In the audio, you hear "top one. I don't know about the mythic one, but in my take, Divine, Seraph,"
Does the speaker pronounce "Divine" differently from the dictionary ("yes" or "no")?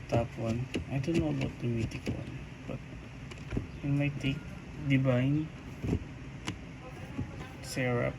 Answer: yes